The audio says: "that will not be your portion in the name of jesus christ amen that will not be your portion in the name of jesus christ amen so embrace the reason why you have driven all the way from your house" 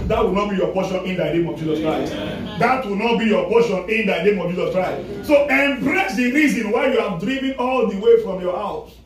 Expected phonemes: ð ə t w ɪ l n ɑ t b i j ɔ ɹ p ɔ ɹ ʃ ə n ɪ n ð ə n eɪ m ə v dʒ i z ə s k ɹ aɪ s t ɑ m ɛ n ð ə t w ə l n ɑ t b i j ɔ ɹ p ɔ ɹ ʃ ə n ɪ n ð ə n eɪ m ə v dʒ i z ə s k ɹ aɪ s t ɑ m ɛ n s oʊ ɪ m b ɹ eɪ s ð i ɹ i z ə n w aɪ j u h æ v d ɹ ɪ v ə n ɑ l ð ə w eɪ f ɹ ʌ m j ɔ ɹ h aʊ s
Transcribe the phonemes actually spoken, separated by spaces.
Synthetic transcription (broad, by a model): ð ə t w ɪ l n ɑ t b i j ɔ p ɔ ʃ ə n ɪ n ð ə n eɪ m ə v dʒ i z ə s k ɹ aɪ s t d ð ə t w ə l n ɑ t b i j ɔ p ɔ ʃ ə n ɪ n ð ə n eɪ m ə v dʒ i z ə s k ɹ aɪ s t s oʊ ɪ m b ɹ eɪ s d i ɹ i z ə n w aɪ j u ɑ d ɹ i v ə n ɑ l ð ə w eɪ f ɹ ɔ m j ɔ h aʊ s